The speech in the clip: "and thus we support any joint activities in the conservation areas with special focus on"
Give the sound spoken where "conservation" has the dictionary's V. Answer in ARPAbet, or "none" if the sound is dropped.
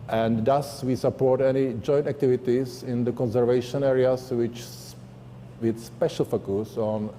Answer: V